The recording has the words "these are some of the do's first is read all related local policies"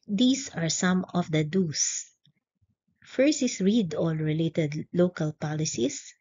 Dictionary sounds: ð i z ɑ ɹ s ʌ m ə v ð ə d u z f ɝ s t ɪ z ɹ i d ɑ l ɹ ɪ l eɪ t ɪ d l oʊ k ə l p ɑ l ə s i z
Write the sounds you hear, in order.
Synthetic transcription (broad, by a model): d i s ɑ ɹ s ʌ m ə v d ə d u s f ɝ s ɪ s ɹ i d ɑ l ɹ ɪ l eɪ t ɪ d l oʊ k ə l p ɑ l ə s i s